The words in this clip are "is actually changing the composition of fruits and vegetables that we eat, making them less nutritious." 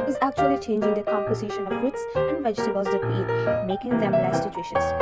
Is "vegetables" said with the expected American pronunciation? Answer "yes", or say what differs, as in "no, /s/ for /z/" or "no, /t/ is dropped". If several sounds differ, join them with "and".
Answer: no, /l/ is dropped